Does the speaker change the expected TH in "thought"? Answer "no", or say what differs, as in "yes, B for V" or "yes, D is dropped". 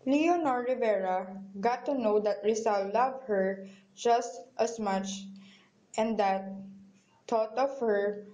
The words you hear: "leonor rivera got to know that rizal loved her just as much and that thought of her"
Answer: yes, T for TH